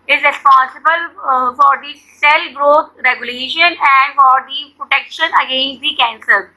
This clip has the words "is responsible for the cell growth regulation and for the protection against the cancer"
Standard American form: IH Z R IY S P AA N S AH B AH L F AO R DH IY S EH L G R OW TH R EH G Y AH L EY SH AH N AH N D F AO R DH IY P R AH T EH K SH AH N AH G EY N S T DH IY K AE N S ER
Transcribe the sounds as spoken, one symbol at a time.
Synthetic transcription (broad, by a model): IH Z R IY S P AA N S AH B AH L F AO R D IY S EH L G R OW T R EH G Y AH L EY SH AH N AH N D F AO R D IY P R AH T EH K SH AH N AH G EY N S T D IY K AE N S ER